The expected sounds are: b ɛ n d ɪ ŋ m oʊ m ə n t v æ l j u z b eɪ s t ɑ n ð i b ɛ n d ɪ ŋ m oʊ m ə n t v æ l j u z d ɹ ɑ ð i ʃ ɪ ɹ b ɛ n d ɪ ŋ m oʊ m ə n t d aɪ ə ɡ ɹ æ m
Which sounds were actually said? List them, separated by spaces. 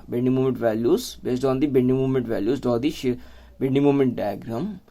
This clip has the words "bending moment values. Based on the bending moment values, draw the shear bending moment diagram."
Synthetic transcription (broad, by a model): b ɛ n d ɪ m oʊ m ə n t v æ l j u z b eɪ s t ɑ n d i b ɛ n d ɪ m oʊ m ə n t v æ l j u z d ɑ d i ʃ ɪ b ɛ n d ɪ m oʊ m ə n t d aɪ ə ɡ ɹ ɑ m